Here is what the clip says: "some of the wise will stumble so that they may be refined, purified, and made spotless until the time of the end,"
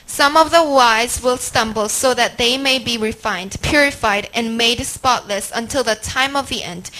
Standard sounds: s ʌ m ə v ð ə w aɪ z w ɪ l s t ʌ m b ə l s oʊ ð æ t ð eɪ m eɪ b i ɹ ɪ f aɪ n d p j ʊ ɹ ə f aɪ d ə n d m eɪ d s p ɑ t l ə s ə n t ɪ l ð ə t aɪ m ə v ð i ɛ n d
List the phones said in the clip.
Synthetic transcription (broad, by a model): s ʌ m ə v ð ə w aɪ z w ɪ l s t ʌ m b ə l s oʊ ð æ t ð eɪ m eɪ b i ɹ ɪ f aɪ n d p j ʊ ɹ ə f aɪ d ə n m eɪ d s p ɑ t l ə s ə n t ɪ l ð ə t aɪ m ə v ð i ɛ n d